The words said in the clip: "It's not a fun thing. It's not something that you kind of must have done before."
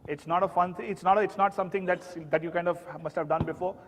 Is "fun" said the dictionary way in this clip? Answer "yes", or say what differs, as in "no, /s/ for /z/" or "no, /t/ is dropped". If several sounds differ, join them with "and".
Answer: yes